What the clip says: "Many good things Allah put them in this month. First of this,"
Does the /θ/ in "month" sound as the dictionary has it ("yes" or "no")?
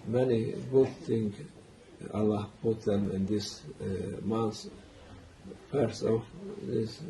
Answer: no